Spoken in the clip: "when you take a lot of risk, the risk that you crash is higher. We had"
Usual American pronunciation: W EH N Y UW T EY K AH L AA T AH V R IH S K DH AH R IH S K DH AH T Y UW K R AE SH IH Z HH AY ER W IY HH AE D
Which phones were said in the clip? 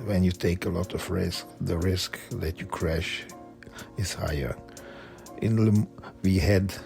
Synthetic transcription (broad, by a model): W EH N Y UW T EY K AH L AA T AH V R IH S K DH AH R IH S K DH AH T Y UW K R AE SH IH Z HH AY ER W IY HH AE D